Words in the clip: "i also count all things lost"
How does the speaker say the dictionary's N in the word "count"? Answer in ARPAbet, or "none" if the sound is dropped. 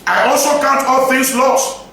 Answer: N